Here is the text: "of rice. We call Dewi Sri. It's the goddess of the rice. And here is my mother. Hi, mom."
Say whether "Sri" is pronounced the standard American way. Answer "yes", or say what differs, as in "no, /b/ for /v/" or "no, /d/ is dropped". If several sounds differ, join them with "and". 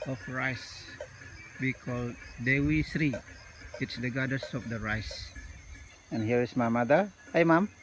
yes